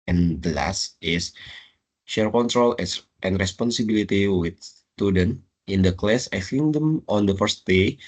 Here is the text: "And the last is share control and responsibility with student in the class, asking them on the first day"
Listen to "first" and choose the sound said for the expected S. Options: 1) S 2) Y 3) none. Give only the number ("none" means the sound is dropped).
1